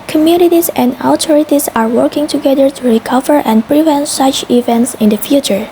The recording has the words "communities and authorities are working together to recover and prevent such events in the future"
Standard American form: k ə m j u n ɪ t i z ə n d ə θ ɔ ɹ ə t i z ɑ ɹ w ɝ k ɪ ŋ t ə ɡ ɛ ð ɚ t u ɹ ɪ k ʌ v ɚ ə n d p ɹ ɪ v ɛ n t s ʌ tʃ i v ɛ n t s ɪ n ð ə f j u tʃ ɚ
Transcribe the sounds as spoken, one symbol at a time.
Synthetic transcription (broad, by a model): k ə m j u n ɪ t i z ə n d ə t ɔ ɹ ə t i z ɑ ɹ w ɝ k ɪ ŋ t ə ɡ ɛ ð ɚ t u ɹ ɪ k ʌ v ɚ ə n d p ɹ ɪ v ɛ n t s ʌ tʃ i v ɛ n t s ɪ n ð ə f j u tʃ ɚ